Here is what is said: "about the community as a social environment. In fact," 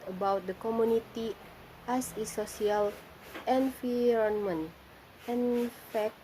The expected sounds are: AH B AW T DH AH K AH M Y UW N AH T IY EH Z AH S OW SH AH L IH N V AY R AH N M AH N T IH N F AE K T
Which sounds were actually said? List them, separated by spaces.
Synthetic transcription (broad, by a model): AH B AW T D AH K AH M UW N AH T IY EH S AH S OW S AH L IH N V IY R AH N M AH N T IH N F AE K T